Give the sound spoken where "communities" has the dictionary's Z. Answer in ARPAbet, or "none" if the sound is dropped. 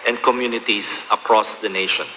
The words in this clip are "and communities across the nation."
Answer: S